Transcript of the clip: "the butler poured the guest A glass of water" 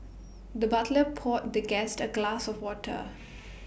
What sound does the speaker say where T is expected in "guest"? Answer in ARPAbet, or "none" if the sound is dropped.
T